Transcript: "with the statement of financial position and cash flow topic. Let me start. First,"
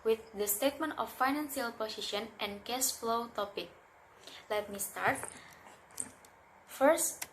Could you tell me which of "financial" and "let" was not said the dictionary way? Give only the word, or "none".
financial